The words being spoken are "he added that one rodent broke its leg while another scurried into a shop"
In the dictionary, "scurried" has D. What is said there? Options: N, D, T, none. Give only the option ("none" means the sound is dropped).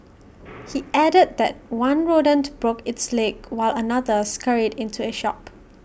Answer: D